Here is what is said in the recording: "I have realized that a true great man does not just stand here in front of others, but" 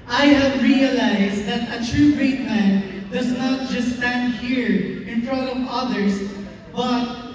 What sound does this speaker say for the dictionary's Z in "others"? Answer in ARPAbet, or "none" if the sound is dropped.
S